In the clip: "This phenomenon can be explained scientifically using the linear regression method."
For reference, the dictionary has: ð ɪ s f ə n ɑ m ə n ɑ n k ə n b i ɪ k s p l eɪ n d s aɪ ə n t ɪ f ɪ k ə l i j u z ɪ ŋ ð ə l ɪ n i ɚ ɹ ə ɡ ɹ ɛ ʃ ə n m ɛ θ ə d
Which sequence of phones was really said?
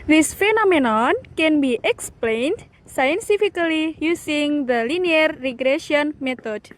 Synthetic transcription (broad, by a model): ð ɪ s f ə n ɑ m ə n ɑ n k ə n b i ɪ k s p l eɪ n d s aɪ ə n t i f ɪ k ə l i j u s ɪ ŋ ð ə l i n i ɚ ɹ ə ɡ ɹ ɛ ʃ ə n m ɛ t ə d